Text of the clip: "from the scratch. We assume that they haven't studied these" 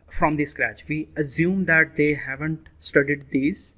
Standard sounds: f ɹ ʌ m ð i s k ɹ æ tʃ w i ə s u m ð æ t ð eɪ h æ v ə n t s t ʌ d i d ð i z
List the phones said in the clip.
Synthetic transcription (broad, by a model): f ɹ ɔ m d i s k ɹ æ tʃ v i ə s u m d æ t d eɪ h æ v ə n t s t ʌ d i d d i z